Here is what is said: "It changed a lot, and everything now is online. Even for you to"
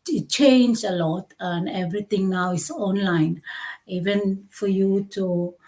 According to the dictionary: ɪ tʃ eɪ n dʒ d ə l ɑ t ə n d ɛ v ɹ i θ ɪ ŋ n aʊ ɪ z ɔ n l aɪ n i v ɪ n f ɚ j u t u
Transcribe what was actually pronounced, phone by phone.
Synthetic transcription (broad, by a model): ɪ tʃ eɪ n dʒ ə l ɑ t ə n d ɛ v ɹ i t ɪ ŋ n aʊ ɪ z ɔ n l aɪ n i v ɪ n f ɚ j u t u